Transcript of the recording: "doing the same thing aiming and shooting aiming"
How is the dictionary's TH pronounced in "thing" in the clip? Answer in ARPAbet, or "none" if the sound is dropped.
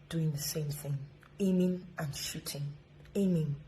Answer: TH